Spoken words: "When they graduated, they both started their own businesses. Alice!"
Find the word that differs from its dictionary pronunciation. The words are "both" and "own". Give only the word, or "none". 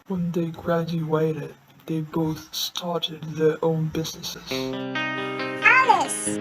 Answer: none